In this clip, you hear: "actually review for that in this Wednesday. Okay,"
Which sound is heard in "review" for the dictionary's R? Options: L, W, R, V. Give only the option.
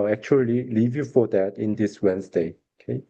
L